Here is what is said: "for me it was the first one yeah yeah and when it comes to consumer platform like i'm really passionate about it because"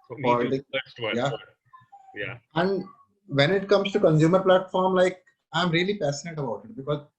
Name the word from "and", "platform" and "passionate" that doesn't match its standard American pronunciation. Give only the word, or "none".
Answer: passionate